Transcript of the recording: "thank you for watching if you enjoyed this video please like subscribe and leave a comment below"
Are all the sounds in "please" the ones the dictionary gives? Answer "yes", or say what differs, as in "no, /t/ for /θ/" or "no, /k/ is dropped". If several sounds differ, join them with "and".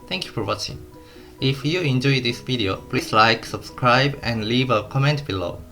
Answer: no, /s/ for /z/